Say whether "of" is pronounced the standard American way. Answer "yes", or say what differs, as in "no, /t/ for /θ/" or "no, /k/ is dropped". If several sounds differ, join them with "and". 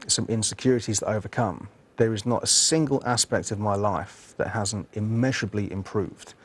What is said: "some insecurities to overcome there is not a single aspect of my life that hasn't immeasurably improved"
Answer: yes